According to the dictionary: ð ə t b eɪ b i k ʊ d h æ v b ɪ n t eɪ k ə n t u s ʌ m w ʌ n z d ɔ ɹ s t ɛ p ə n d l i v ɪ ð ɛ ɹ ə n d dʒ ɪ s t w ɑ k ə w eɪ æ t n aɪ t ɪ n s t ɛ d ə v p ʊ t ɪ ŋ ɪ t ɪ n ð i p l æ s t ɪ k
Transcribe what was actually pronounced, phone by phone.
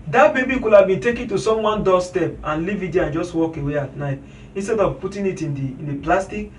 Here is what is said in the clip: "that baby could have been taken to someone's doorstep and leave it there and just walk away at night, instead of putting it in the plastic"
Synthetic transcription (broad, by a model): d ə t b eɪ b i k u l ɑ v b ɪ n t eɪ k ə n t u s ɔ m w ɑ n d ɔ s t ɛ p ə n l i v ɪ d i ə n dʒ ɪ s t w ɑ k ə w eɪ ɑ t n aɪ t ɪ n s t ɛ d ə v p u t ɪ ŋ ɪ t ɪ n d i p l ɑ s t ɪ k